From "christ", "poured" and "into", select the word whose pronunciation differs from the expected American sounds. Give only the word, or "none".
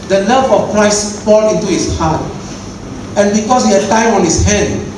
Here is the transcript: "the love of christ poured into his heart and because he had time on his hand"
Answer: poured